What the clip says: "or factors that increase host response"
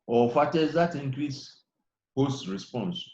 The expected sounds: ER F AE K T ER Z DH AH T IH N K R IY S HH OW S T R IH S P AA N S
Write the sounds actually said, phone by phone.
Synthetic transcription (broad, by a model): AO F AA T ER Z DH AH T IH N K R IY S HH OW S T R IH S P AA N S